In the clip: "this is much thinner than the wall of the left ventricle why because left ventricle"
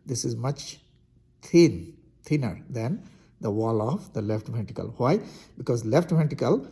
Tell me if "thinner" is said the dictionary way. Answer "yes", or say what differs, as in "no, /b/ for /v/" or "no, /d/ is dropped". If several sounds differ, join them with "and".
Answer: no, /t/ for /θ/